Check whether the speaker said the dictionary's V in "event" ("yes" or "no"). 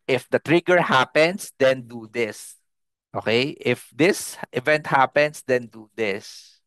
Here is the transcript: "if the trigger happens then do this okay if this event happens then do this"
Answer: yes